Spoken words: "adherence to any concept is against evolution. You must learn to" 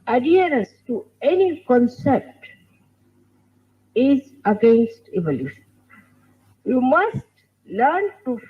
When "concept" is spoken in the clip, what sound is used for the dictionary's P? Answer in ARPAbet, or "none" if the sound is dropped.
P